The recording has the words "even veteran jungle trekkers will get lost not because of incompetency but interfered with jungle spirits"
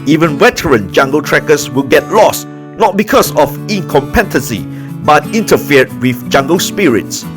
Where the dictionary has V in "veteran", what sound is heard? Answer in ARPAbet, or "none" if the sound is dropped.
W